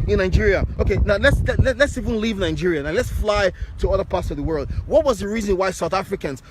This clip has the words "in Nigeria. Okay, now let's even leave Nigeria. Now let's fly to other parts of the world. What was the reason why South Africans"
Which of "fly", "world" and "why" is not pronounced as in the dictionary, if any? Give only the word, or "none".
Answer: none